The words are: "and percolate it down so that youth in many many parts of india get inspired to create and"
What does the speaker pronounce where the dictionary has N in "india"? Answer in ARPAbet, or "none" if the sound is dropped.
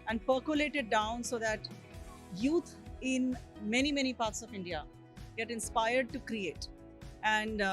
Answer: N